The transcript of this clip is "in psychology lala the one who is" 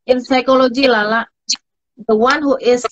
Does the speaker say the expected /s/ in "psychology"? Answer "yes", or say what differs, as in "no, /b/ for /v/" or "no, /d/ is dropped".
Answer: yes